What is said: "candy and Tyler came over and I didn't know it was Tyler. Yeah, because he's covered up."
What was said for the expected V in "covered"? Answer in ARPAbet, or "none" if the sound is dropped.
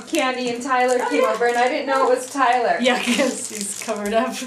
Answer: V